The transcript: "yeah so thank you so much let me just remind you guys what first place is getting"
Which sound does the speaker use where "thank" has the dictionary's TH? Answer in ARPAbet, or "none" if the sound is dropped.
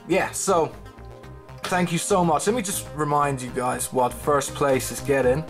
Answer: TH